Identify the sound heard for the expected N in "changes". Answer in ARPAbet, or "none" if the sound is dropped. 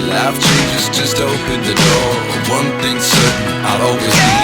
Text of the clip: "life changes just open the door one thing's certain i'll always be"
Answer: none